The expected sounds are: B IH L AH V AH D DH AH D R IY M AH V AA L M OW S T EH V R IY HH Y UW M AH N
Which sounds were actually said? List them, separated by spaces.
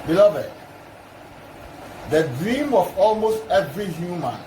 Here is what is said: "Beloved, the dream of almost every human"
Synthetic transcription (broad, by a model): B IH L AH V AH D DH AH D R IY M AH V AA L M OW S T EH V R IY HH Y UW M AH N